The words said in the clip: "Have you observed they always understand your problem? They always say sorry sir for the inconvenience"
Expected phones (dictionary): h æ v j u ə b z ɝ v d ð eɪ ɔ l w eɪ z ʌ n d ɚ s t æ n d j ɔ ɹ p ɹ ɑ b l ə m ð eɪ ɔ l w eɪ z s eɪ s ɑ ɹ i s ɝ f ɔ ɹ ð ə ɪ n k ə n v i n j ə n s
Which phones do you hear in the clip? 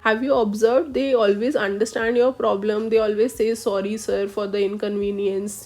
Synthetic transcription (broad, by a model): h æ v j u ə b z ɝ v d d eɪ ɔ l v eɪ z ʌ n d ɚ s t æ n d j ɔ ɹ p ɹ ɑ b l ə m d eɪ ɔ l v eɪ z s eɪ s ɑ ɹ i s ɝ f ɔ ɹ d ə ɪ n k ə n v i n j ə n s